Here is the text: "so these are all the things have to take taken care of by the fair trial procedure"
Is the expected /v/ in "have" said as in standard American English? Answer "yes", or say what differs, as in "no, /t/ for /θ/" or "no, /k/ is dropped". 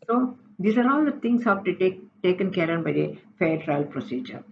no, /p/ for /v/